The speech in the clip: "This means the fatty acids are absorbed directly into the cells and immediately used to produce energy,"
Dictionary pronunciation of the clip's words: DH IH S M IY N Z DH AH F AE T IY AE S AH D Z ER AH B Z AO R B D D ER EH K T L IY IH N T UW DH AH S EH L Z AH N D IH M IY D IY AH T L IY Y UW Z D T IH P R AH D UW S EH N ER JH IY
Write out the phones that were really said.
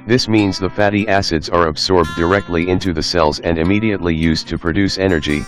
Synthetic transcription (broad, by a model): DH IH S M IY N Z DH AH F AE T IY AE S AH D Z ER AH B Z AO R B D D ER EH K T L IY IH N T UW DH AH S EH L Z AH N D IH M IY D IY AH T L IY Y UW Z T IH P R AH D UW S EH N ER JH IY